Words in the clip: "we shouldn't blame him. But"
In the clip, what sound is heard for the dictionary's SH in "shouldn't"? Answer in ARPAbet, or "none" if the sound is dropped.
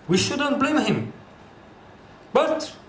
SH